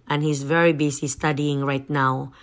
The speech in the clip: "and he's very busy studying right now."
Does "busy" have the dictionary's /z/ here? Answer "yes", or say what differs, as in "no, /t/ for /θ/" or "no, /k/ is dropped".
no, /s/ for /z/